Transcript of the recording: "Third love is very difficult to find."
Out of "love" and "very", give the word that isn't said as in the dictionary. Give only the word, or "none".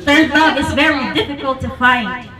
love